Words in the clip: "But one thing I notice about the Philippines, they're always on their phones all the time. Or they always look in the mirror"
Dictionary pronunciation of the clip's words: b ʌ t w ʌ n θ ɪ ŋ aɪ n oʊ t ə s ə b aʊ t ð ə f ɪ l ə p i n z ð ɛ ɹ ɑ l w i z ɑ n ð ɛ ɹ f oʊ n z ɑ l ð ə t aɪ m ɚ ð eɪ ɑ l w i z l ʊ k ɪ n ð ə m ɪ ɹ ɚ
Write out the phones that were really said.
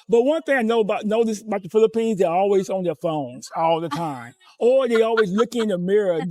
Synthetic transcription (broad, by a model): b ʌ t w ʌ n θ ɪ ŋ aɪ n oʊ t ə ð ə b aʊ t ð ə f ɪ l ə p i n z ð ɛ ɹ ɑ l w i z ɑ n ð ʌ ɹ f oʊ n z ɑ l ð ə t aɪ m ɚ ð eɪ ɑ l w i z l ʊ k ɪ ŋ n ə m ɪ ɹ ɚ